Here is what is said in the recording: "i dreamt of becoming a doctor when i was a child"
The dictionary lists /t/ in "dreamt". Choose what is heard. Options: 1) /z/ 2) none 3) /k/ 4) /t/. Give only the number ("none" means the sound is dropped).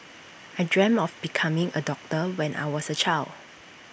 2